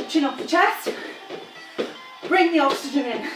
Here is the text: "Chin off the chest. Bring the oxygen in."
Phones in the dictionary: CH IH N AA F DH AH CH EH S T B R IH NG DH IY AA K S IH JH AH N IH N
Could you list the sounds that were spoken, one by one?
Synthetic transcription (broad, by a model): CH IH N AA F DH AH CH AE T B R IH NG DH IY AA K S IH JH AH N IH N